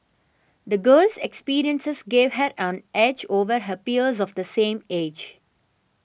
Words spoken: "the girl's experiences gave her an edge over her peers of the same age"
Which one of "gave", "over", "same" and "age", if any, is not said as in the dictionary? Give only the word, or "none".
none